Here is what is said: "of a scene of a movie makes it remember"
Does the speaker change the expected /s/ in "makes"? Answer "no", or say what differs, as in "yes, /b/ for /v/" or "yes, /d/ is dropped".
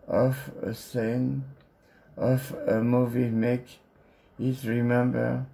yes, /s/ is dropped